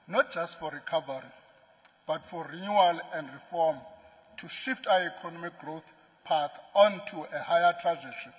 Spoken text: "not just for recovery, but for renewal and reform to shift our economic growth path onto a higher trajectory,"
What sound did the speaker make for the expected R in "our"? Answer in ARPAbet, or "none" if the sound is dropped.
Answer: W